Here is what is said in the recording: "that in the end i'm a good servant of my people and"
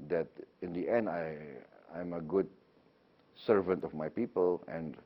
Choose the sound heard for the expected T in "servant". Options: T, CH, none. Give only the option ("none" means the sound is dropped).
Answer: T